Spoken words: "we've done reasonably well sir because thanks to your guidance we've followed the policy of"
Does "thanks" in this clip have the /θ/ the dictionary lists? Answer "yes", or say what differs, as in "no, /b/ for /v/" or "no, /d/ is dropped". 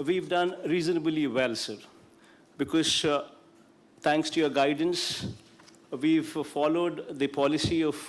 no, /t/ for /θ/